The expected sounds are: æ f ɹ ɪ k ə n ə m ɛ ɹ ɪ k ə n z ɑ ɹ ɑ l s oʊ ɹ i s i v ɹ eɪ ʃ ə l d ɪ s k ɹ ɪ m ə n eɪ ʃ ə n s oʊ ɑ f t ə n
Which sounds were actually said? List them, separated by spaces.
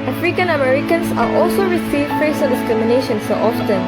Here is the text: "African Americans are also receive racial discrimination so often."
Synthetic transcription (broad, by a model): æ f ɹ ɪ k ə n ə m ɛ ɹ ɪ k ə n s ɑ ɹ ɑ l s oʊ ɹ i s i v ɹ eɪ s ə n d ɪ s k ɹ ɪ m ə n eɪ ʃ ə n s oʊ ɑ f t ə n